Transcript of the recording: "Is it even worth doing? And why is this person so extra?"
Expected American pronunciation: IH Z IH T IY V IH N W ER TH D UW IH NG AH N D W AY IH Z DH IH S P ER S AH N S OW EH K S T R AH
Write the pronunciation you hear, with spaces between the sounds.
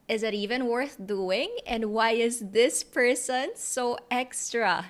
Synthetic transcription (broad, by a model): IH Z IH T IY V IH N W ER TH D UW IH NG AH N D W AY IH Z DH IH S P ER S AH N S OW EH K S T R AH